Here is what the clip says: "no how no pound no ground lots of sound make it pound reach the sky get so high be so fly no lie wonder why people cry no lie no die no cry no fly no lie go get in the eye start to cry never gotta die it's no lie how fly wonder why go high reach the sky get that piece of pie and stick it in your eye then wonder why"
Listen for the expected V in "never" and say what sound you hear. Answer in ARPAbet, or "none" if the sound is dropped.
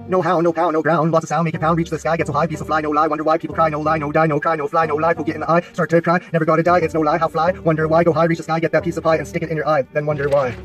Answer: V